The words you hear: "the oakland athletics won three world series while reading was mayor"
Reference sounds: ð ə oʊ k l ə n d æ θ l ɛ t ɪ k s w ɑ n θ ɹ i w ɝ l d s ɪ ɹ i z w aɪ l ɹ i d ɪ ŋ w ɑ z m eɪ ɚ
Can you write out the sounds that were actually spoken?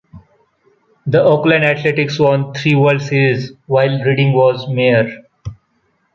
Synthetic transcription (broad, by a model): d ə oʊ k l ə n d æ t l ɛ t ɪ k s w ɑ n t ɹ i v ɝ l d s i ɹ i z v aɪ l ɹ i d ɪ ŋ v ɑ z m eɪ ɚ